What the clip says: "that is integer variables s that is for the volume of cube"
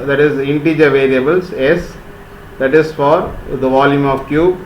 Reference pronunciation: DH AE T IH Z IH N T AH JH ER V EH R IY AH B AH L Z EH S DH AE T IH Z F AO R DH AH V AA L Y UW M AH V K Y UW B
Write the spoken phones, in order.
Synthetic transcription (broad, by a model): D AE T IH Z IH N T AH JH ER V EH R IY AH B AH L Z EH S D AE T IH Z F AO R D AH V AA L Y UW M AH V K Y UW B